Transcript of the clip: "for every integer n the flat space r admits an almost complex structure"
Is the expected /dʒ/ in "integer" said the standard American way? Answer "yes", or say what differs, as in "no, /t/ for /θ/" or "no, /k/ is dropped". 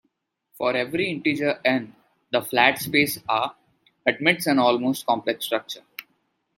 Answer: yes